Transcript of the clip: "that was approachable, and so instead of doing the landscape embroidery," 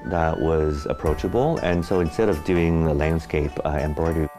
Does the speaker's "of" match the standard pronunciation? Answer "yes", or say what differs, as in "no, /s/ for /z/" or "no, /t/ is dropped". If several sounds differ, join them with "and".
yes